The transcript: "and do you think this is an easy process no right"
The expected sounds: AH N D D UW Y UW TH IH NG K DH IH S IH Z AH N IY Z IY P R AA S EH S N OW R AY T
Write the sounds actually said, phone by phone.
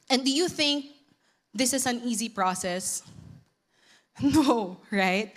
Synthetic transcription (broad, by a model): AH N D D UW Y UW TH IH NG K DH IH S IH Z AH N IY Z IY P R AA S EH S N OW R AY T